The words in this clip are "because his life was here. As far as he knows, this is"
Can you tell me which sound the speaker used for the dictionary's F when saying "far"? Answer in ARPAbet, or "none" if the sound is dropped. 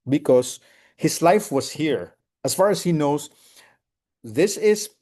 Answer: F